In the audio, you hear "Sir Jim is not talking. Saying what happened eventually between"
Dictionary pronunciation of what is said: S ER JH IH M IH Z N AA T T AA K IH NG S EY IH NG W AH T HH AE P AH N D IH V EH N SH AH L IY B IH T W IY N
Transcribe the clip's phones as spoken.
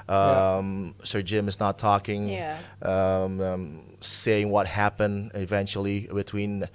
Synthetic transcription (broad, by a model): S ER JH IH M IH Z N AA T T AA K IH NG S EY IH NG W AH T HH AE P AH N D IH V EH N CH L IY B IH T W IY N